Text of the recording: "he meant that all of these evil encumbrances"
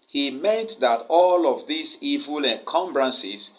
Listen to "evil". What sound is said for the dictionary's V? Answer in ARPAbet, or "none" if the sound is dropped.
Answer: V